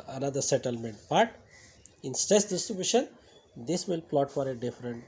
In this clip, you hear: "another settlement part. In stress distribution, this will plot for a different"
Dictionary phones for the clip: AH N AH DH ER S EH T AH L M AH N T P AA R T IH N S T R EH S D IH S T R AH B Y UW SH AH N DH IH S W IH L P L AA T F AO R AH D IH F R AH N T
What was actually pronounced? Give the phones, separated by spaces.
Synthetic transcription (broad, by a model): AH N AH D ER S EH T AH L M AH N T B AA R T IH N S T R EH S D IH S T R AH B Y UW SH AH N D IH S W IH L P L AA T F AO R AH D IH F R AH N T